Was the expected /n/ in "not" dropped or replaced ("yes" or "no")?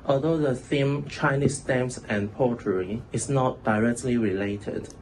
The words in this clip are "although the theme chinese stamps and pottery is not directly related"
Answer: no